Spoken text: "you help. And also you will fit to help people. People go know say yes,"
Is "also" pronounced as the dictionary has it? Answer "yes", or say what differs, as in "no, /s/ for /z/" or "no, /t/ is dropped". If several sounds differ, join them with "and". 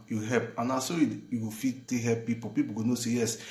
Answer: no, /l/ is dropped